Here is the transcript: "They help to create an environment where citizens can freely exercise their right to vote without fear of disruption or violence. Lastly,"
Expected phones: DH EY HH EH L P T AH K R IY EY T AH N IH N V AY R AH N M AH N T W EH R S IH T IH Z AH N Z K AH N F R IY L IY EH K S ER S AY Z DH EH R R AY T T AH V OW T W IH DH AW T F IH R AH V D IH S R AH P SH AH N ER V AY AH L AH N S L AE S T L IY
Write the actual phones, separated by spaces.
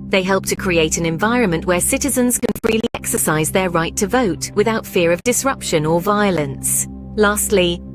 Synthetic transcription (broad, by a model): DH EY HH EH L P T AH K R IY EY T AH N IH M V AY R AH N M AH N T W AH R S IH T IH Z AH N Z K AH N F R IY L IY EH K S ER S AY Z DH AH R R AY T T AH V OW T W IH DH AW T F IH R AH V D IH S R AH P SH AH N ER V AY AH L AH N S L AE S T L IY